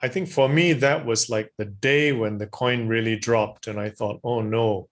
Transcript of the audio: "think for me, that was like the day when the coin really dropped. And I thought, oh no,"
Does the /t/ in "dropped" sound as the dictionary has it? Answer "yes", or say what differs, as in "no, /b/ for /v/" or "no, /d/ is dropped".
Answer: yes